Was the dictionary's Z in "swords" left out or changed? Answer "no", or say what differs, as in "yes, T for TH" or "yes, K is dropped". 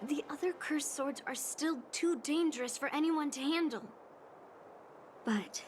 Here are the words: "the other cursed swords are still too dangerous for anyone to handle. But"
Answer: no